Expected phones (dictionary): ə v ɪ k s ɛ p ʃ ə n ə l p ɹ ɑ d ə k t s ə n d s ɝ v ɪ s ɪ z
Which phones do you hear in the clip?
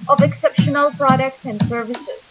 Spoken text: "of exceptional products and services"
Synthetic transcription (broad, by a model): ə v ɪ k s ɛ p ʃ ə n ə l p ɹ ɑ d ə k t s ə n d s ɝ v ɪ s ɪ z